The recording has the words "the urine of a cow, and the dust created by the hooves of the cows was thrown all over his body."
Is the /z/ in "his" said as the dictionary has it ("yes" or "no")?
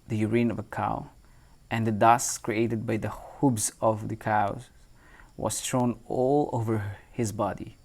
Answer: yes